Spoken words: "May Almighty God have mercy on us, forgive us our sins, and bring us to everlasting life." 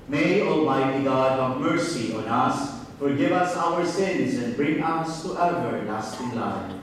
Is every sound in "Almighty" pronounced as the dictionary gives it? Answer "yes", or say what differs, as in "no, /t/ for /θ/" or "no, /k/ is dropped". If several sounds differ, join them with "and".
yes